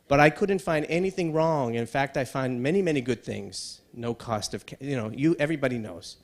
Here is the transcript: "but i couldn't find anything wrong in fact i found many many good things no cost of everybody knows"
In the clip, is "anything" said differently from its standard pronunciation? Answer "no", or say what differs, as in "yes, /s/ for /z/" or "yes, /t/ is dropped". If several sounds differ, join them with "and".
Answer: no